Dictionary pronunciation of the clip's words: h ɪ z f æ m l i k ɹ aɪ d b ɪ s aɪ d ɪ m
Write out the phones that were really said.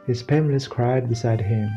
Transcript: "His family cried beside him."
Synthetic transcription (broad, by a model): h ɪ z p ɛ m l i k ɹ aɪ d b ɪ s aɪ d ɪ m